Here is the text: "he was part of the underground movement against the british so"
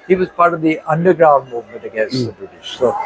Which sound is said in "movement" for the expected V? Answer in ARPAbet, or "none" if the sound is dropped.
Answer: V